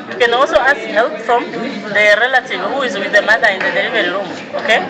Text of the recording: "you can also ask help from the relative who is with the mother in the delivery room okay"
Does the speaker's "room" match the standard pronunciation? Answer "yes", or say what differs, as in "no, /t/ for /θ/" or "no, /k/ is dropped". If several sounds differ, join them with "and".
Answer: no, /l/ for /ɹ/